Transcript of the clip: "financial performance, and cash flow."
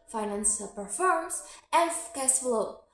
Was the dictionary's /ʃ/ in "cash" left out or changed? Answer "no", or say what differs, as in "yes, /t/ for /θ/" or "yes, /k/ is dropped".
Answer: yes, /s/ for /ʃ/